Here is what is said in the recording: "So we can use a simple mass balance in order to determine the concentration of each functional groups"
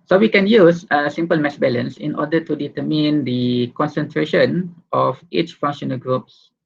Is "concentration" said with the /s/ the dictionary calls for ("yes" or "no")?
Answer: yes